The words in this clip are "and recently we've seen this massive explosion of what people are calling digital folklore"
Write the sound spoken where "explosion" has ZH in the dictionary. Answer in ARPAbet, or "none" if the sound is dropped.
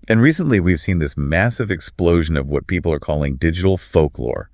ZH